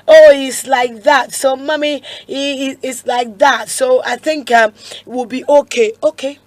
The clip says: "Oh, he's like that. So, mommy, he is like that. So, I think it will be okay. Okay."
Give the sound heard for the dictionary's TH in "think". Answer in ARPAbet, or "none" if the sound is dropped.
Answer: TH